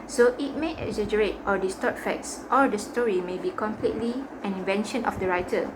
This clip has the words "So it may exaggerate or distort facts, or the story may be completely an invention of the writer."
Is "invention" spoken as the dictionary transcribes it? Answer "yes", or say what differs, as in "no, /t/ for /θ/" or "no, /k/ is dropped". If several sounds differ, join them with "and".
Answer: yes